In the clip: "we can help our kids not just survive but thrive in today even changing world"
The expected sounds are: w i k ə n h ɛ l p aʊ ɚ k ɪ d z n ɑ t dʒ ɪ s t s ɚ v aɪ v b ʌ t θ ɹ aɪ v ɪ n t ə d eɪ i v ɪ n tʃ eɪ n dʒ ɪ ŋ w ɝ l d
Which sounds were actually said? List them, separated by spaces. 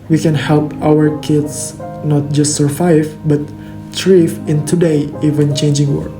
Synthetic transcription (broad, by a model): w i k ə n h ɛ l p aʊ ɚ k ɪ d s n ɑ t dʒ ɪ s t s ɚ v aɪ v b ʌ t t ɹ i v ɪ n t ə d eɪ i v ɪ n tʃ eɪ n dʒ ɪ ŋ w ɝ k